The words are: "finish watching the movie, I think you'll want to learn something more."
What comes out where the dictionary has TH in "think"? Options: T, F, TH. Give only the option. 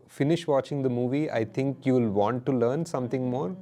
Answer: T